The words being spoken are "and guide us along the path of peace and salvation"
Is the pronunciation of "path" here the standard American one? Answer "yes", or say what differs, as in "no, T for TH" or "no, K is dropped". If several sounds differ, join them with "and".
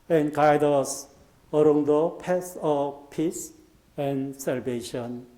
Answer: no, S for TH